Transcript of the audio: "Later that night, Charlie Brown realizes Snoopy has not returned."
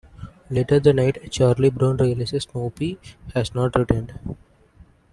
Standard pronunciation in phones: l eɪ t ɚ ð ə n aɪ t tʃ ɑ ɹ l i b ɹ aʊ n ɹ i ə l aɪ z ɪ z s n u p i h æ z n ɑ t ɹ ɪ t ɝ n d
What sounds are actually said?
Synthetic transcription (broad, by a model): l eɪ t ɚ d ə n aɪ t tʃ ɑ ɹ l i b ɹ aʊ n ɹ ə l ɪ s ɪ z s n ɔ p i h æ z n ɑ t ɹ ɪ t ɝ n d